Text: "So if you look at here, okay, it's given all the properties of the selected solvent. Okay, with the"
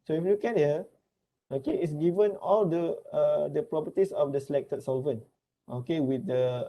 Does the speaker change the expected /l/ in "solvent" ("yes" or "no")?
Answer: no